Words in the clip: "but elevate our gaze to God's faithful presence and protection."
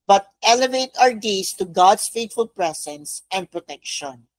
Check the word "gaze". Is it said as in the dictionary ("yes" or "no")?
no